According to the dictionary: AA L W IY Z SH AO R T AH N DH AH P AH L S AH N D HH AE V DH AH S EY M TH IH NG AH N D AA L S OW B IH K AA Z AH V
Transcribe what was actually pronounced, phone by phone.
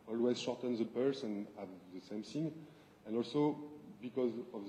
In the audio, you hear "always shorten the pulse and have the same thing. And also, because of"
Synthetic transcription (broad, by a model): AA L W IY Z SH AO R T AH N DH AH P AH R S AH N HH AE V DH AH S EY M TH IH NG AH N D AA L S OW B IH K AA Z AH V